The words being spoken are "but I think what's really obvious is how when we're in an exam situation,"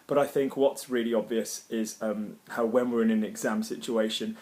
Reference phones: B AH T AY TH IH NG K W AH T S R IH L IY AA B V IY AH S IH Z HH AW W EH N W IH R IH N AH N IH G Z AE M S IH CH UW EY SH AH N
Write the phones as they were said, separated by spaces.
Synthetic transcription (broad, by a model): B AH T AY TH IH NG K W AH T S R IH L IY AA B V IY AH S IH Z HH AW W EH N W IH R IH N AH N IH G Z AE M S IH CH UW EY SH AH N